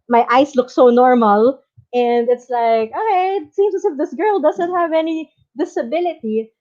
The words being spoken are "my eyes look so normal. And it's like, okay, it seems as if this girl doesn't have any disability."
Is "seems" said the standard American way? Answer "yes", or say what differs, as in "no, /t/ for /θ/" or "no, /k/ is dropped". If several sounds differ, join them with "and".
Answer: no, /s/ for /z/